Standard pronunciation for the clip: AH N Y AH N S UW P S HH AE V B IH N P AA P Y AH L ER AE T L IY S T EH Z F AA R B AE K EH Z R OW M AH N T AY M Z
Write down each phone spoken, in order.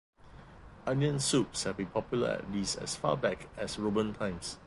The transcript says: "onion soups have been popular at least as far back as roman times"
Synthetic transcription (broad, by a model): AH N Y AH N S UW P S HH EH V B IH N P AA P Y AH L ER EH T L IY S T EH S F AA B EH K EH S R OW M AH N T AY M S